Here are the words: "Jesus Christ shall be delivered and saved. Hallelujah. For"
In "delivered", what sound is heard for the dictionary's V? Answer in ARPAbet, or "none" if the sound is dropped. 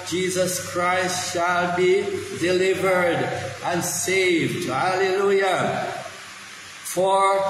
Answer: V